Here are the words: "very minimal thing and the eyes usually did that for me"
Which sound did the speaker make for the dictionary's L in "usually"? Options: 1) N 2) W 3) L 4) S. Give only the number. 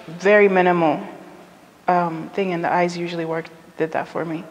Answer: 2